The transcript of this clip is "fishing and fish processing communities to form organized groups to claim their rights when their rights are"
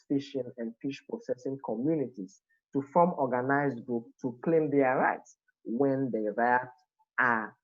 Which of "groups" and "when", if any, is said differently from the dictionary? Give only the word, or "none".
groups